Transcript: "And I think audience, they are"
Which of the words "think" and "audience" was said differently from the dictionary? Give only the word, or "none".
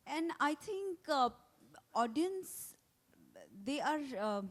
think